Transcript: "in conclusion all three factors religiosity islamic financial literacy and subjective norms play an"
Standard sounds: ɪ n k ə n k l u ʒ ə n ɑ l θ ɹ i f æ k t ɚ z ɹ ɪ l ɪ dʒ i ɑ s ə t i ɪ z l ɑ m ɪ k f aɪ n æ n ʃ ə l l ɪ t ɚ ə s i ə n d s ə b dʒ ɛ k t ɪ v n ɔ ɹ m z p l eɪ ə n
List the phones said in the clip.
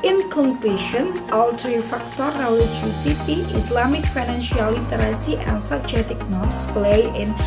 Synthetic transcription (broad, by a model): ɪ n k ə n k l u ʃ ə n ɑ l t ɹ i f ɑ k t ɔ ɹ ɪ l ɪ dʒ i s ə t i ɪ s l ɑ m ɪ k f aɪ n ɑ n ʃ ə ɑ l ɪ t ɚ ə s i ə n s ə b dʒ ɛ t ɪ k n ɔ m s p l eɪ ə n